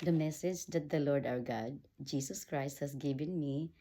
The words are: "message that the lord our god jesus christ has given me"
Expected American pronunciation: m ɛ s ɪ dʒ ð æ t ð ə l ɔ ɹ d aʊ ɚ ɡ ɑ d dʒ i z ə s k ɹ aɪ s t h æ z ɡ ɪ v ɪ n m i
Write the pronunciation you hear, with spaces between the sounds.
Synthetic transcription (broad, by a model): m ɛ s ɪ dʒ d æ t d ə l ɔ ɹ d aʊ ɚ ɡ ɑ d dʒ i s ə s k ɹ aɪ s t h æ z ɡ ɪ v ɪ n m i